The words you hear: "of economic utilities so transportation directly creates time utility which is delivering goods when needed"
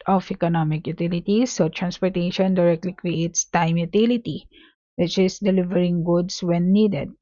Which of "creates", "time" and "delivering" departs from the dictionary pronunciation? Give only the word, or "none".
none